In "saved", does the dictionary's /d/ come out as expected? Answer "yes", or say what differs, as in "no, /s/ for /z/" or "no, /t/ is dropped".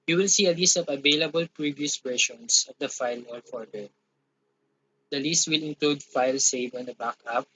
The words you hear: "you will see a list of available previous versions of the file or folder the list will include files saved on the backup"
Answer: no, /d/ is dropped